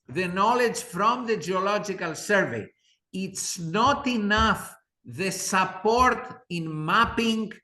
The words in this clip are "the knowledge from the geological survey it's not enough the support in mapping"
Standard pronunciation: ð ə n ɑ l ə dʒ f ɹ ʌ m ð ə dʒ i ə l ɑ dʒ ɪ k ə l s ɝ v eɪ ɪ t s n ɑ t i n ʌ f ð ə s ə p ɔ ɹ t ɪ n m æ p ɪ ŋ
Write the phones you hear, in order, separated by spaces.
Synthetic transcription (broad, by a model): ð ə n ɑ l ə dʒ f ɹ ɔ m ð ə dʒ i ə l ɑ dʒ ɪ k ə l s ɝ v eɪ ɪ t s n ɑ t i n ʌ f ð ə s ə p ɔ ɹ t ɪ n m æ p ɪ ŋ